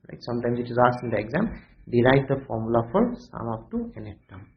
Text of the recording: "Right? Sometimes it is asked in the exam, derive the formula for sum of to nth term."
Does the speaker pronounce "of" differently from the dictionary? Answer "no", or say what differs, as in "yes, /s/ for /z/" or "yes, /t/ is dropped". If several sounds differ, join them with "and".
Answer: yes, /p/ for /v/